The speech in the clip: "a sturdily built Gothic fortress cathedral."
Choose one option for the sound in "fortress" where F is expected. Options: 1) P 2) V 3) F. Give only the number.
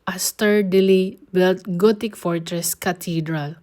3